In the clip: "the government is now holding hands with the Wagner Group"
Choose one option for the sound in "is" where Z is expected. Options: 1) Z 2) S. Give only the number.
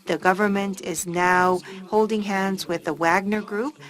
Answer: 1